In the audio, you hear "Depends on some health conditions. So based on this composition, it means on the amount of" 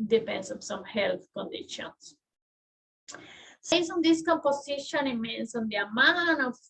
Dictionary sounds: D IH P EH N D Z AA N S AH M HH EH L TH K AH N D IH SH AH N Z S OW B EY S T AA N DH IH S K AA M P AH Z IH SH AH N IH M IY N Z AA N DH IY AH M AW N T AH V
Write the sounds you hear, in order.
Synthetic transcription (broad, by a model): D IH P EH N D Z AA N S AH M HH EH L TH K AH N D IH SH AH N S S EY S AA N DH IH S K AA M P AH S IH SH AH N IH M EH N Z AA N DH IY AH M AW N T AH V